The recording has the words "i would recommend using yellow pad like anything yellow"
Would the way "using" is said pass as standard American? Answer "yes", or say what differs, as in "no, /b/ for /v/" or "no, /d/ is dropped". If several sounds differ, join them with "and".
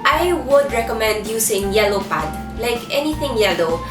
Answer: no, /s/ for /z/